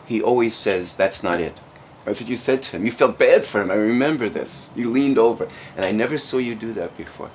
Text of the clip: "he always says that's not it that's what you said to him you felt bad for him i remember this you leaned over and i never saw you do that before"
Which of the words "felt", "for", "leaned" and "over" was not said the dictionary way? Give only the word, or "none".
none